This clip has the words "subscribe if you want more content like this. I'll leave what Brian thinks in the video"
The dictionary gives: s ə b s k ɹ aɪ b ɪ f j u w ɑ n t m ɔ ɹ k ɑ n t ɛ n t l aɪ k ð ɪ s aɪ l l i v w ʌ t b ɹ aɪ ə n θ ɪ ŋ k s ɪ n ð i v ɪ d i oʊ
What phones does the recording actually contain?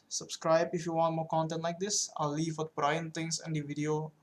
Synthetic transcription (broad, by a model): s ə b s k ɹ aɪ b ɪ f j u w ɑ n t m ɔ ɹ k ɑ n t ɛ n t l aɪ k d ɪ s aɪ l l i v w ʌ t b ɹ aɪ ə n t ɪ ŋ s ɪ n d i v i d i oʊ